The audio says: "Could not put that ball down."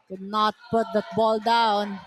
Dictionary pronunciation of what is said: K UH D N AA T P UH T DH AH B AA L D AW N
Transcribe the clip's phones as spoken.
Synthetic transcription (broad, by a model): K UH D N AA T P UH T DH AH B AA L D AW N